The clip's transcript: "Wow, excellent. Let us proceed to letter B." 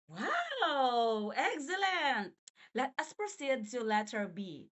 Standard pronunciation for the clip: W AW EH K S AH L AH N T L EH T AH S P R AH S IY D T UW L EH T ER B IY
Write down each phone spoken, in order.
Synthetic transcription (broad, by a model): W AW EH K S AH L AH N T L EH T AH S P R AH S IY D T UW L EH T ER B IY